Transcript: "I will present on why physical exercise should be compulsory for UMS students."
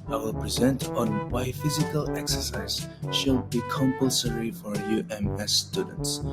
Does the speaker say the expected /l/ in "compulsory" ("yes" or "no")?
yes